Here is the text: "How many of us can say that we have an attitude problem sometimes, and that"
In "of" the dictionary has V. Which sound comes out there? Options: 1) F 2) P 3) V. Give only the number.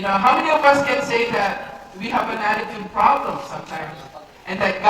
3